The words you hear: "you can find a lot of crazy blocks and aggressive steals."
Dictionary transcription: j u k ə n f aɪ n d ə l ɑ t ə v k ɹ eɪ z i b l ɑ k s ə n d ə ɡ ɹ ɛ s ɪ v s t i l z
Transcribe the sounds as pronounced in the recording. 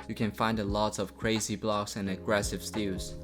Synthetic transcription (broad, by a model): j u k ə n f aɪ n d ə l ɑ t ə v k ɹ eɪ z i b l ɑ k s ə n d ə ɡ ɹ ɛ s ɪ v s t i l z